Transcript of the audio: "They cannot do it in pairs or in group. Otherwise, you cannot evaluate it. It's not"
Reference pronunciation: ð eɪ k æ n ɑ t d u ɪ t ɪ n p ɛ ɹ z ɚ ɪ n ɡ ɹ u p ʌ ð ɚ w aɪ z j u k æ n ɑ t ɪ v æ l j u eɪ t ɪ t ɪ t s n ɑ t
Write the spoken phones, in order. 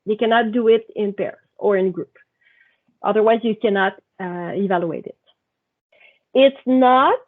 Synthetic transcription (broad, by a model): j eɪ k æ n ɑ t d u ɪ t ɪ n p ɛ ɹ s ɚ ɪ n ɡ ɹ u p ʌ ð ɚ w aɪ z j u k æ n ɑ t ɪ v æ l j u eɪ t ɪ t ɪ t s n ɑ t